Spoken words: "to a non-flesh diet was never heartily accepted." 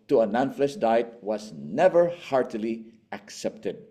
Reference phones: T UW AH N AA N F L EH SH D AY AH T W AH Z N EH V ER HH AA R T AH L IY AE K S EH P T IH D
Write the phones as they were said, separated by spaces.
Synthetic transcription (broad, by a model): T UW AH N AA N F L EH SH D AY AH T W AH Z N EH V ER HH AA R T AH L IY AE K S EH P T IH D